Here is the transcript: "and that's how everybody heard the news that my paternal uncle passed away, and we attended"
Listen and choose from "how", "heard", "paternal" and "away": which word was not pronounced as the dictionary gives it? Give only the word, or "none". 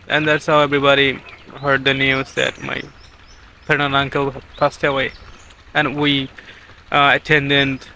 paternal